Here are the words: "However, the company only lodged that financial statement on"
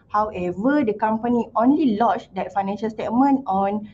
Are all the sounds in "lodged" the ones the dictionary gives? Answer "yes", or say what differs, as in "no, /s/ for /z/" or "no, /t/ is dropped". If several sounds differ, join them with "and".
no, /tʃ/ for /dʒ/